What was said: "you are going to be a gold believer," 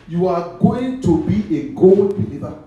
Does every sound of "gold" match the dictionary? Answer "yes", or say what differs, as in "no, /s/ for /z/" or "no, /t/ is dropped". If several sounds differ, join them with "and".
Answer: yes